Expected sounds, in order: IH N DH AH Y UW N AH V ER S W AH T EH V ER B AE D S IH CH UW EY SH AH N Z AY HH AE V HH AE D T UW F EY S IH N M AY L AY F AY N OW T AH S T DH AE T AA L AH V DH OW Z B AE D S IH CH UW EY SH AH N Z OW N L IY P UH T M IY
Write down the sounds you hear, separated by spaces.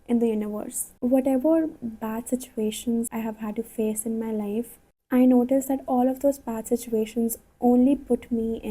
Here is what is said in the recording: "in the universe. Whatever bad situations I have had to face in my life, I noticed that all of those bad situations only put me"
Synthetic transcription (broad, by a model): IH N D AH Y UW N AH V ER S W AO T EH V ER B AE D S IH CH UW EY SH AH N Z AY HH AE V HH AE D T UW F EY S IH N M AY L AY F AY N OW T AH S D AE T AA L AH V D OW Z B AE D S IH CH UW EY SH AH N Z OW N L IY P UH T M IY